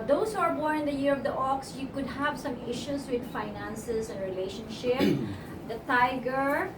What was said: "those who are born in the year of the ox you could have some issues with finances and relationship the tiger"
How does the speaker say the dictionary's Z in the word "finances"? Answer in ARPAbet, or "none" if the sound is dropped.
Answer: S